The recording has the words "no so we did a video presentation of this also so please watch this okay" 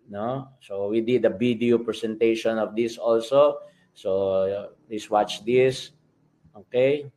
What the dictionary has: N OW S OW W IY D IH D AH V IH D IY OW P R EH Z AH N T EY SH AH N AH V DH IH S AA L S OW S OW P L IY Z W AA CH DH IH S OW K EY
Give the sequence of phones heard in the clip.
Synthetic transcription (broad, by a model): N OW S OW W IY D IH D AH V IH D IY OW P R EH S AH N T EY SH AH N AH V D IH S AA L S OW S OW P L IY S W AA CH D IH S OW K EY